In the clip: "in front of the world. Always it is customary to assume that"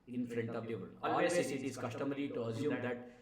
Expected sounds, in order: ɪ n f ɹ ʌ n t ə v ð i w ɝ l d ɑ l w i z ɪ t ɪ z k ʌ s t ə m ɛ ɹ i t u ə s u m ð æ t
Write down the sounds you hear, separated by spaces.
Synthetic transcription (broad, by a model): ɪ n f ɹ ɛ n t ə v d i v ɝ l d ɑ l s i s ɪ t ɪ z k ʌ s t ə m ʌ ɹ i t u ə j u m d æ t